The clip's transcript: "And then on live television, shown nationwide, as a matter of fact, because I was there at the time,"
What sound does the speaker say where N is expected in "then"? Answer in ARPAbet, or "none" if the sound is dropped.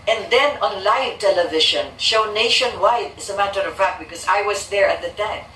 N